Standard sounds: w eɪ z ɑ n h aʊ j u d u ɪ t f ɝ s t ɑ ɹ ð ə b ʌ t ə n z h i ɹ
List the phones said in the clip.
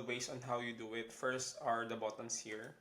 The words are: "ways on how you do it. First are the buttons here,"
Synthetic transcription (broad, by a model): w eɪ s ɑ n h aʊ j u d u ɪ t f ɝ s t ɑ ɹ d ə b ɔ t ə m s h i ɹ